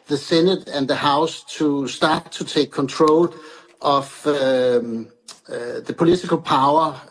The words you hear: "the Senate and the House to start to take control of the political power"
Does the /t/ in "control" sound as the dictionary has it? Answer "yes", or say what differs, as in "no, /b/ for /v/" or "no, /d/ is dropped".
no, /s/ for /t/